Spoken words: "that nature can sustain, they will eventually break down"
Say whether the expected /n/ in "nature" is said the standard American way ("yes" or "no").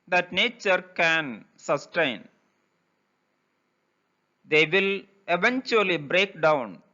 yes